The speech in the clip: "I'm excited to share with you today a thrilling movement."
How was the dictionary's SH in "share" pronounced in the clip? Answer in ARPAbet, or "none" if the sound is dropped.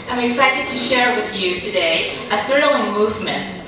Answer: SH